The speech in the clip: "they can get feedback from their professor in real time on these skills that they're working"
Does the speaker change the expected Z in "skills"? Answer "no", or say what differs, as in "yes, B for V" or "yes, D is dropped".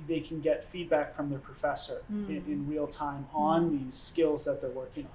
no